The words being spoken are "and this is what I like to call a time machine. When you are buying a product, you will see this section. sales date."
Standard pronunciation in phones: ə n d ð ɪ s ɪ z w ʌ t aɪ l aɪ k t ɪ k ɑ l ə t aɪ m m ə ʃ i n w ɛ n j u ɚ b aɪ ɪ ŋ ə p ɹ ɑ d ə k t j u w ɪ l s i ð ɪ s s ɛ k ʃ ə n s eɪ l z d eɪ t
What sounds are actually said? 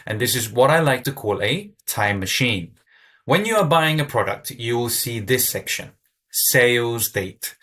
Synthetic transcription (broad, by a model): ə n ð ɪ s ɪ z w ʌ t aɪ l aɪ k t ɪ k ɑ l ə t aɪ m m ə ʃ i n w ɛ n j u ɚ b aɪ ɪ ŋ ə p ɹ ɑ d ə k t j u w ɪ l s i ð ɪ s s ɛ k ʃ ə n s eɪ l z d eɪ t